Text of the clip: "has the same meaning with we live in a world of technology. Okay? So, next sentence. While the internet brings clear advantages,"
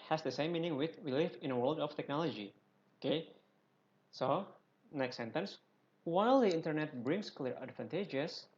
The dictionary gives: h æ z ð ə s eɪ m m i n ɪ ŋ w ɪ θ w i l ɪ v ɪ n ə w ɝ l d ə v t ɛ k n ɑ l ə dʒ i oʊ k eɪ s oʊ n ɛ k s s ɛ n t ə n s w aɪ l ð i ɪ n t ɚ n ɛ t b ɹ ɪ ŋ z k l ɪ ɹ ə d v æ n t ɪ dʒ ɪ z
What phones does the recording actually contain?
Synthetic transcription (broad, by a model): h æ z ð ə s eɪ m m i n ɪ ŋ w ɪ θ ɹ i l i f ɪ n ə w ɝ l d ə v t ɛ k n ɑ l ə dʒ i oʊ k eɪ s oʊ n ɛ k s s ɛ n t ə n s w aɪ l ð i ɪ n t ɚ n ɛ t b ɹ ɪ ŋ s k l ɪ ɹ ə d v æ n t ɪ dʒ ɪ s